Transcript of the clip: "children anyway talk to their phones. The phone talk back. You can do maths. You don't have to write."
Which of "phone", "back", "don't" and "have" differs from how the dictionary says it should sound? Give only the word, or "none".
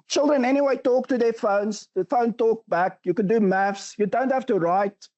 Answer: have